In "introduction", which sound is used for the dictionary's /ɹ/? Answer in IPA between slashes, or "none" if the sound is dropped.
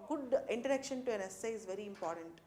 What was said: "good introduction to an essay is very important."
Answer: none